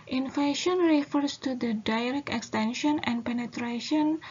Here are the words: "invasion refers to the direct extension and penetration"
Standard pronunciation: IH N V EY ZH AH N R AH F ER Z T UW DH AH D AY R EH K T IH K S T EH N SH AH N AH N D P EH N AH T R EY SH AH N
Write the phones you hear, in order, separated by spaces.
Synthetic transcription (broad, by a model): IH N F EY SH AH N R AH F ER S T UW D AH D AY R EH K IH K S T EH N SH AH N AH N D P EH N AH T R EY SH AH N